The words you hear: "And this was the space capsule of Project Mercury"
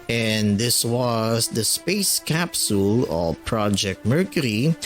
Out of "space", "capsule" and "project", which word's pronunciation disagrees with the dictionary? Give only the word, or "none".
none